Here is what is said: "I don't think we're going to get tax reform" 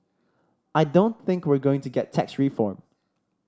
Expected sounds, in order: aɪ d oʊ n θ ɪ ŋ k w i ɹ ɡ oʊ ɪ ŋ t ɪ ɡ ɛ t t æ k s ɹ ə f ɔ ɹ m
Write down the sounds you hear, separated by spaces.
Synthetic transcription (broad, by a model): aɪ d oʊ n θ ɪ ŋ k w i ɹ ɡ oʊ ɪ ŋ t ɪ ɡ ɛ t t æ k s ɹ ə f ɔ ɹ m